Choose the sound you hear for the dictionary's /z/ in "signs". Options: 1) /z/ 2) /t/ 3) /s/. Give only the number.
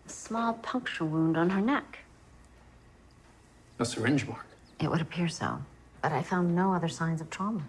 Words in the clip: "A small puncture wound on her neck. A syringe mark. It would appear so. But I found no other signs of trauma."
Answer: 1